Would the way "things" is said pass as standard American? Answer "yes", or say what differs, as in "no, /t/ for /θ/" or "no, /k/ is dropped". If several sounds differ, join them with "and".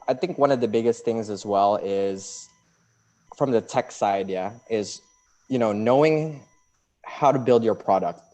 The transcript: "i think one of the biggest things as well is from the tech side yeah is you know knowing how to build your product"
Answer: yes